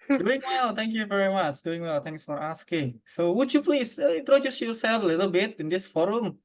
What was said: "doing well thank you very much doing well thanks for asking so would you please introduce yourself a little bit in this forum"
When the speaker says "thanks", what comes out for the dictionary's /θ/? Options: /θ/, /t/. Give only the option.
/t/